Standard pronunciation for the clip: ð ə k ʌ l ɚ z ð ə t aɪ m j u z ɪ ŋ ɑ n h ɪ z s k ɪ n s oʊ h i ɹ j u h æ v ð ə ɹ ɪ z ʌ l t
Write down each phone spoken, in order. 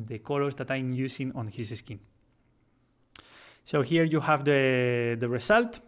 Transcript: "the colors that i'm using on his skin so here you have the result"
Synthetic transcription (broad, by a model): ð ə k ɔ l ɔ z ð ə t aɪ m j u s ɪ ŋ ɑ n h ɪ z s k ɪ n s oʊ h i ɹ j u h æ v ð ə ɹ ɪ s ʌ l t